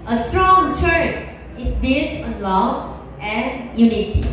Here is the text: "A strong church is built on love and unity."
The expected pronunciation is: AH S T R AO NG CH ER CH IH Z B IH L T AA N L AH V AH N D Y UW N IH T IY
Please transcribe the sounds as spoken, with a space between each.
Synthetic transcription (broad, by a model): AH S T R AO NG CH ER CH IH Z B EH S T AA N L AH AH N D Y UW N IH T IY